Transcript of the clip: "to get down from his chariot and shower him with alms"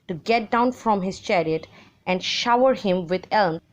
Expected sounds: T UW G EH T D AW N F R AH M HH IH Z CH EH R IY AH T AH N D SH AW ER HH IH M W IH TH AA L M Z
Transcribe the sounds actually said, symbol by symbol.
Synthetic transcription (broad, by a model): T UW G EH T D AW N F R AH M HH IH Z CH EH R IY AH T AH N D SH AW ER HH IH M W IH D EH L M